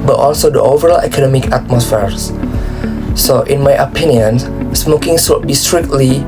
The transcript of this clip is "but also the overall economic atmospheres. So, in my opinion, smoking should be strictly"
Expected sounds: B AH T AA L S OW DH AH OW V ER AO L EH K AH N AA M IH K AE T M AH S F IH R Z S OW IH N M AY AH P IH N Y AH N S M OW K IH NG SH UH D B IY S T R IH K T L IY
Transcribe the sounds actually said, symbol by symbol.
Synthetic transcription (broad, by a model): B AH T AA L S OW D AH OW V ER AO L EH K AH N AA M IH K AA T M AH S F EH R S S OW IH N M AY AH P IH N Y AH N S M OW K IH NG S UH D B IY S T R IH K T L IY